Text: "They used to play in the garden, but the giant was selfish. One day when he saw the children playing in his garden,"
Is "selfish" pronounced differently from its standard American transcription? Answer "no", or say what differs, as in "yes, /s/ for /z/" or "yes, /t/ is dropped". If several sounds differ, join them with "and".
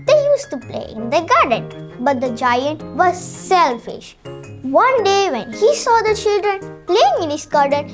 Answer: no